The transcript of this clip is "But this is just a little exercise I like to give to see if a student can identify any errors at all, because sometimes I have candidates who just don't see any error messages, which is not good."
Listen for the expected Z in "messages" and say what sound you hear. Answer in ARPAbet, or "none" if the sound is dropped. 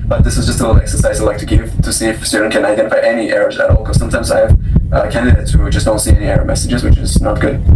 Z